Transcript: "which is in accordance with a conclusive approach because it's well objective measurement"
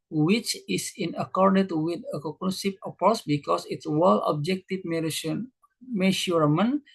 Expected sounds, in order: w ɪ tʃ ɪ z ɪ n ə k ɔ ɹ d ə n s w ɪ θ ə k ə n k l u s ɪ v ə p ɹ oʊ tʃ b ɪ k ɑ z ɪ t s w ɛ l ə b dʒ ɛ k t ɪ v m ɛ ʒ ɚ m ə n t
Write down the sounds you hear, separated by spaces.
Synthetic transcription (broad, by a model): w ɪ tʃ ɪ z ɪ n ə k ɔ ɹ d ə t w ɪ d ə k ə k n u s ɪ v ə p ɹ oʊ s b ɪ k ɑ s ɪ t s w ɛ l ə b dʒ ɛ k t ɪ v m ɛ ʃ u m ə n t